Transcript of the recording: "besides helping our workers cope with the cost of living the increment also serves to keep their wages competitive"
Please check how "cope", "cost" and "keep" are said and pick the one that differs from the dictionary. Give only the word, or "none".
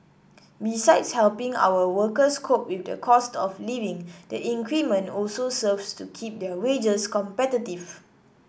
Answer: none